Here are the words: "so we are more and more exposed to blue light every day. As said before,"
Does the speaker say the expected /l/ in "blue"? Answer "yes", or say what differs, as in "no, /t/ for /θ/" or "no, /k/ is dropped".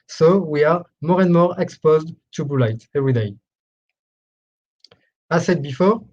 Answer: no, /l/ is dropped